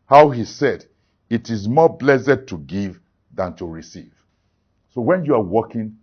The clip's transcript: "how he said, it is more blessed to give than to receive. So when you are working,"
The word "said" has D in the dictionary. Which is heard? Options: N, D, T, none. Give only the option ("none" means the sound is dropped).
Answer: D